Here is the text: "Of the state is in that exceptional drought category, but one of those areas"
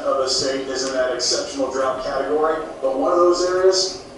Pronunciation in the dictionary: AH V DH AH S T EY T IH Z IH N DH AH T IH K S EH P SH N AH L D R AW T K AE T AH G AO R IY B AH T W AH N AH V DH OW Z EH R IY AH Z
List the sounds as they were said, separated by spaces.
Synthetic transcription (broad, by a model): AH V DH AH S T EY T IH Z IH N DH AH T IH K S EH P SH N L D R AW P K AE T AH G AO R IY B AH T W AH N AH V DH OW Z EH R IY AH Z